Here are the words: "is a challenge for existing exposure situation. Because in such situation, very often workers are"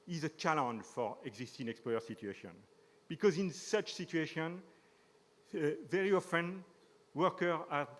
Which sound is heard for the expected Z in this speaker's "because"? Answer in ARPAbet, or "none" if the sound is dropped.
Z